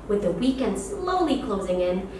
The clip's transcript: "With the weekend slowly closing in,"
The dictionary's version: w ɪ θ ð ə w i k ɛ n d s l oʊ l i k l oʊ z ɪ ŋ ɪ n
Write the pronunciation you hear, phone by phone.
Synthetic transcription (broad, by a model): w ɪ ð ə w i k ɛ n d s l oʊ l i k l oʊ z ɪ ŋ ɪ n